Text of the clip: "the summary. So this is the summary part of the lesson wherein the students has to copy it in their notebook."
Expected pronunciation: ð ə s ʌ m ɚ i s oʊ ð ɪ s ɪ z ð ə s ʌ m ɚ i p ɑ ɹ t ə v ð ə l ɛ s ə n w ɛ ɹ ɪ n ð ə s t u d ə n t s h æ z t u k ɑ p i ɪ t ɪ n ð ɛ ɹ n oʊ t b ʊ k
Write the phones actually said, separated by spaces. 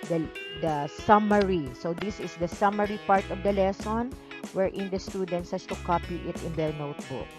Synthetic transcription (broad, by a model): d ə s ʌ m ɚ i s oʊ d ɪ s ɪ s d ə s ʌ m ɚ i p ɑ ɹ t ə v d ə l ɛ s ə n w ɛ ɹ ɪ n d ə s t u d ə n t s h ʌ s t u k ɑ p i ɪ t ɪ n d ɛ ɹ n oʊ t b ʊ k